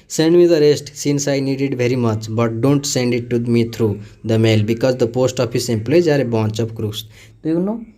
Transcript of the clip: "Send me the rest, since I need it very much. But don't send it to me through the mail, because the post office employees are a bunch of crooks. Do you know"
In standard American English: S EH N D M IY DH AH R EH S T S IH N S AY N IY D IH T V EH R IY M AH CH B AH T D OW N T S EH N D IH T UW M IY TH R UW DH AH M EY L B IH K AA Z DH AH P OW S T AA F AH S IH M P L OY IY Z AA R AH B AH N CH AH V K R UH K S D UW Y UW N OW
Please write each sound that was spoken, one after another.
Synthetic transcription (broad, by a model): S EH N D M IY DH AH R EH S T S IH N S AY N IY D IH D V EH R IY M AH CH B AH T D OW N T S EH N D IH T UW M IY T R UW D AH M EY L B IH K AA Z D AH P OW S T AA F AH S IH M P L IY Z AA R AH B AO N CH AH P K R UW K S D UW Y UW N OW